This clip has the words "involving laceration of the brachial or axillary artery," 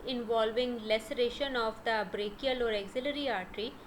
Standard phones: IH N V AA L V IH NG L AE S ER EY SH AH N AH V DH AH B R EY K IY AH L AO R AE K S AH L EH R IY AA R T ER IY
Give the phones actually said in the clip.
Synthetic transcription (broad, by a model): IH N V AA L V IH NG L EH S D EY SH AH N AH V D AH B R EY K IY AH L AO R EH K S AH L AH R IY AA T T IY